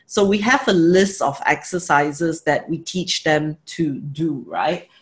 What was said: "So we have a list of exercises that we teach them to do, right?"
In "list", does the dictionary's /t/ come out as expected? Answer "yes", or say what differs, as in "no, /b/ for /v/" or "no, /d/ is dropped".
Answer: yes